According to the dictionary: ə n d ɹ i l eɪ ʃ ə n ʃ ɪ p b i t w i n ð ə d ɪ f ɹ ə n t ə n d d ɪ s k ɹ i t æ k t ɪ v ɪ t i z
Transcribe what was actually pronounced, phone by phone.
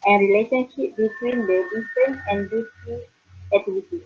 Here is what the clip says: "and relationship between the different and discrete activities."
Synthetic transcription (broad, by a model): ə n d ɹ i l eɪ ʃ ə n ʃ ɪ p b i t w i n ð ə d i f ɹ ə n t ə n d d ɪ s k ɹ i æ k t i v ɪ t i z